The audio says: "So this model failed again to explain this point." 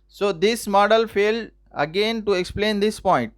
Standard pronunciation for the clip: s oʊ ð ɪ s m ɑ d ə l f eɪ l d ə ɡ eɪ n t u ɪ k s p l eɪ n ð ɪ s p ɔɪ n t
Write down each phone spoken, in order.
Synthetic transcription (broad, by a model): s oʊ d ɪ s m ɑ d ə l f eɪ l d ə ɡ eɪ n t u ɪ k s p l eɪ n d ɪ s p ɔɪ n t